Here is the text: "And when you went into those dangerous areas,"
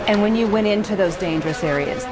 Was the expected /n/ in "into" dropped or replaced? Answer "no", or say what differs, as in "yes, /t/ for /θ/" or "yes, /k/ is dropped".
no